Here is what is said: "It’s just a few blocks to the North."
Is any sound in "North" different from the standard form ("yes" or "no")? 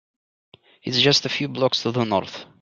no